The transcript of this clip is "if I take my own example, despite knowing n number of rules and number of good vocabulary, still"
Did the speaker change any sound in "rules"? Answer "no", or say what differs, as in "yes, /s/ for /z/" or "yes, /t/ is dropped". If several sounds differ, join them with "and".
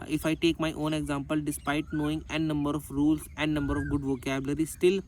yes, /s/ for /z/